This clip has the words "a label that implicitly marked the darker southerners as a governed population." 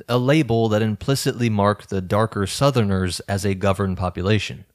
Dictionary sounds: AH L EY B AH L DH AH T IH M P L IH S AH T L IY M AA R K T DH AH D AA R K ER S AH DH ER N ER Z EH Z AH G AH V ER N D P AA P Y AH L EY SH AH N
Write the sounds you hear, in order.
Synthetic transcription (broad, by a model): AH L EY B L DH AH T IH M P L IH S AH T L IY M AA R K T DH AH D AA R K ER S AH DH ER N ER Z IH Z AH G AH V ER N P AA P Y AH L EY SH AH N